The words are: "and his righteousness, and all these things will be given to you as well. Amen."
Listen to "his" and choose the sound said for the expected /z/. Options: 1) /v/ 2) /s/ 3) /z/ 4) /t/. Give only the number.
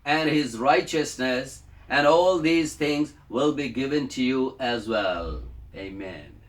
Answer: 3